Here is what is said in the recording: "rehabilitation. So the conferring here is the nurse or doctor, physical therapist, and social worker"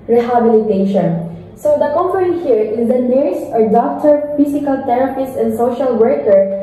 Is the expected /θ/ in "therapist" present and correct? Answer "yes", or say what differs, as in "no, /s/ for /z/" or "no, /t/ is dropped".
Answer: no, /t/ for /θ/